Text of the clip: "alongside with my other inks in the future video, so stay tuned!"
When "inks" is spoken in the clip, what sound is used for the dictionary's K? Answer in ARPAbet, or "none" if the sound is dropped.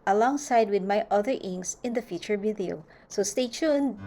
none